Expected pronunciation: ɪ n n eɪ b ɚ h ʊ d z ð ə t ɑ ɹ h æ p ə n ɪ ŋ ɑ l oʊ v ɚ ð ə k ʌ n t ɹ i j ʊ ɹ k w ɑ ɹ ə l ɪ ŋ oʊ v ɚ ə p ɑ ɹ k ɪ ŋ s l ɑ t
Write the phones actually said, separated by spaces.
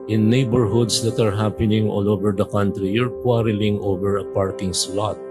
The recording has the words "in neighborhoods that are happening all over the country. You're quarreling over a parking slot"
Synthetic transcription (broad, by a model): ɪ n n eɪ b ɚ h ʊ d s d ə t ɑ ɹ h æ p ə n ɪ ŋ ɑ l oʊ v ɚ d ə k ʌ n t ɹ i j ʊ ɹ k w ɑ ɹ ə l ɪ ŋ oʊ v ɚ ə p ɑ ɹ k ɪ ŋ s l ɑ t